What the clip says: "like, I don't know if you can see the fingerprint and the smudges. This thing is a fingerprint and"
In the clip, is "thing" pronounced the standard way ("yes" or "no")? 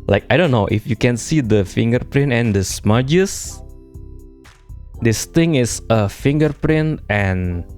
no